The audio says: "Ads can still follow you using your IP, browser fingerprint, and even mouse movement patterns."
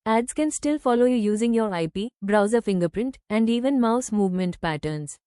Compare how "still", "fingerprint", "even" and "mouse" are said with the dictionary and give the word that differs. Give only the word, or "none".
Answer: none